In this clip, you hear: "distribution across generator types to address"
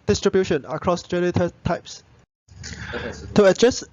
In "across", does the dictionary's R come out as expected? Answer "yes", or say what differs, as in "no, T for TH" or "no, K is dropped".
yes